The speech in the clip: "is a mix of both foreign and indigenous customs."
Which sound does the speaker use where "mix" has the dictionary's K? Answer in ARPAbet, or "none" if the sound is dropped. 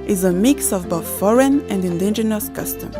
K